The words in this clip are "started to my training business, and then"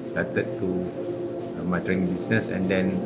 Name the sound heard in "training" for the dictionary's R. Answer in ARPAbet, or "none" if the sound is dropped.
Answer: none